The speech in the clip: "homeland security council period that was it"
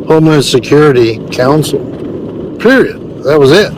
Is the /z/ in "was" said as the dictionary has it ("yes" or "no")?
yes